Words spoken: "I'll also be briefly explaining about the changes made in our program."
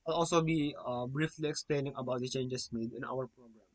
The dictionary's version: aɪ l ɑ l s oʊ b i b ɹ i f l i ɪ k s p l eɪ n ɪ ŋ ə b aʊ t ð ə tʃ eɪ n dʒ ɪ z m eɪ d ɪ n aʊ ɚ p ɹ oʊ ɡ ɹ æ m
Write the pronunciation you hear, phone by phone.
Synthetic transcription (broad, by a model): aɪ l ɑ l s oʊ b i b ɹ i f l i ɪ k s p l eɪ n ɪ ŋ ə b aʊ t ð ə tʃ eɪ n dʒ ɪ s m eɪ d ɪ n aʊ ɚ p ɹ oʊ ɡ ɹ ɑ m